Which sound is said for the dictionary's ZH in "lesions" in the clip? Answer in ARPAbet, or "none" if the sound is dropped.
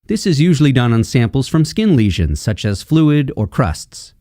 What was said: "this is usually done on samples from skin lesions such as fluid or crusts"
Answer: ZH